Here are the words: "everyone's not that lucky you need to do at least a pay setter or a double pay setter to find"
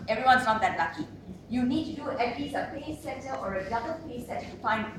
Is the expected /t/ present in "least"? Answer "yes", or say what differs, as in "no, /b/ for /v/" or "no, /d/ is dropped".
no, /t/ is dropped